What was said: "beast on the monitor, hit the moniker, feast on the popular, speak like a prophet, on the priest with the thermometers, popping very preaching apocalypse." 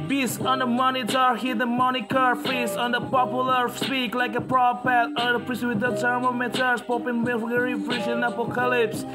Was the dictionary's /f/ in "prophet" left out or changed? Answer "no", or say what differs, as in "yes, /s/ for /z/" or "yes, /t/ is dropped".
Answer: yes, /p/ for /f/